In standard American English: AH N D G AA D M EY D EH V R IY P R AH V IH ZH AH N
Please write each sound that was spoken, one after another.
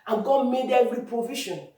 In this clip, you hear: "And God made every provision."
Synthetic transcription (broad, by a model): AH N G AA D M EY D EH R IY P R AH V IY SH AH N